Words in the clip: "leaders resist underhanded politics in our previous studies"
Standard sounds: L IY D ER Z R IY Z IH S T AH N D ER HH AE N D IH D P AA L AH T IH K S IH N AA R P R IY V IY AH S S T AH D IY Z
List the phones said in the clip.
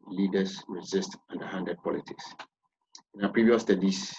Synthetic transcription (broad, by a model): L IY D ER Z R IY Z IH S T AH N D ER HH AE N D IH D P AA L AH T IH K S IH N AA P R IY V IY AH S S T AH D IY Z